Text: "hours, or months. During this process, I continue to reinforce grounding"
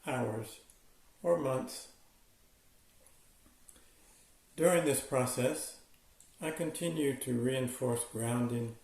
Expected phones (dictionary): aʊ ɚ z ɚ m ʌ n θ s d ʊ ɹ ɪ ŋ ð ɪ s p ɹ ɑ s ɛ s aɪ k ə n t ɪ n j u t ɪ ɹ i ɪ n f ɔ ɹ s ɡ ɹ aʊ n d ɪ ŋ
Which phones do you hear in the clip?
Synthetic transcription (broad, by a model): aʊ ɚ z ɚ m ʌ n θ s d ʊ ɹ ɪ ŋ ð ɪ s p ɹ ɑ s ɛ s aɪ k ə n t ɪ n j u t ɪ ɹ i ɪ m f ɔ ɹ s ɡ ɹ aʊ n d ɪ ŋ